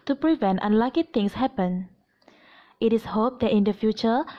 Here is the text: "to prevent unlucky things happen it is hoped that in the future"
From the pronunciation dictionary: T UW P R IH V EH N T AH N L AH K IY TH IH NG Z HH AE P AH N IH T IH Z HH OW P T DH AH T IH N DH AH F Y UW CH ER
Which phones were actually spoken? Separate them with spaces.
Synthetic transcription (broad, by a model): T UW P R IH V EH N T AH N L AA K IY T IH NG S HH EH P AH N IH T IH S HH OW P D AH T IH N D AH F Y UW CH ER